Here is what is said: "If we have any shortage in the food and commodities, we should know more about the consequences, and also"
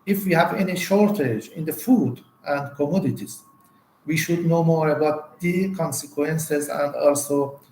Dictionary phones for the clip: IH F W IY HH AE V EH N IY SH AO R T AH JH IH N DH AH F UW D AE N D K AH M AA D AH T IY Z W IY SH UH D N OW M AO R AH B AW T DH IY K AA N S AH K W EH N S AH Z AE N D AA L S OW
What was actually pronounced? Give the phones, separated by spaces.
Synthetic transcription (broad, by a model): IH F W IY HH AE V EH N IY SH AO R T AH JH IH N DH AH F UW D AE N D K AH M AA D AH T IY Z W IY SH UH D N OW M AO R AH B AW T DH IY K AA N S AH K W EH N S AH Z AE N D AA L S OW